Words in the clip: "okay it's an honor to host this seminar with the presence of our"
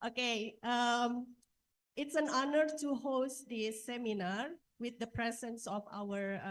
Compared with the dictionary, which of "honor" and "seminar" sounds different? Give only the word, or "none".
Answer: none